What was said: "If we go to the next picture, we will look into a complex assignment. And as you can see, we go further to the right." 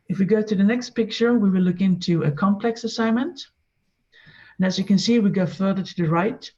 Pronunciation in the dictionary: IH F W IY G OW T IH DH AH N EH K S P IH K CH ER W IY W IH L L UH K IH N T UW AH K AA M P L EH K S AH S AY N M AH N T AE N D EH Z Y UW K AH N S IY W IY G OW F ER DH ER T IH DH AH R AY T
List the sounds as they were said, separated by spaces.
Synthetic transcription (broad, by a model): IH F W IY G OW T IH DH AH N EH K S P IH K CH ER W IY W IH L L UH K IH N T UW AH K AA M P L EH K S AH S AY N M AH N T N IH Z Y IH K AH N S IY W IY G OW F ER DH ER T IH DH AH R AY T